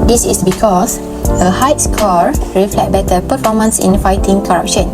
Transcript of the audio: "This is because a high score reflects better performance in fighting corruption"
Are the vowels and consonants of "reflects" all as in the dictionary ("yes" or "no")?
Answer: no